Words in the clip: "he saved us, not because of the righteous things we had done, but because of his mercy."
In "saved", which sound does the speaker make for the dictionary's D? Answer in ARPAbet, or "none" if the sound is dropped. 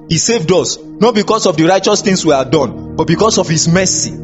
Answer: D